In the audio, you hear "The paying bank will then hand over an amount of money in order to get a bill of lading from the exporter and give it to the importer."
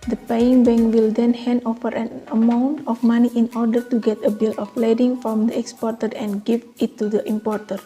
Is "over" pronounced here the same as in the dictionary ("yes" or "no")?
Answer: no